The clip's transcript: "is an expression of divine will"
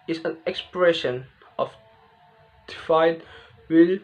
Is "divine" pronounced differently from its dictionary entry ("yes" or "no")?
yes